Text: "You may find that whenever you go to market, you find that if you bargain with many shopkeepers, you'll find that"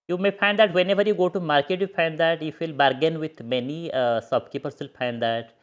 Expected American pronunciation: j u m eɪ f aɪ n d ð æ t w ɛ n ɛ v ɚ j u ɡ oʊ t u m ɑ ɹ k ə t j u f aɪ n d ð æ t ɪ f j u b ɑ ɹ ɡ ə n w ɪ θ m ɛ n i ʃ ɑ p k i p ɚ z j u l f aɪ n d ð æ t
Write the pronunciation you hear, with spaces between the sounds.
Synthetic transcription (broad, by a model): j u m eɪ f aɪ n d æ t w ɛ n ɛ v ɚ j u ɡ oʊ t u m ɑ ɹ k ə t j u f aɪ n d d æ t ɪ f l b ɑ ɹ ɡ ə n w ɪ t m ɛ n i s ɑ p k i p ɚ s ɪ l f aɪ n d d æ t